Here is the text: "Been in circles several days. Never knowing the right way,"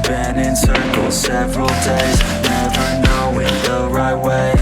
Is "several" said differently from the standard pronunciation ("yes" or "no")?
no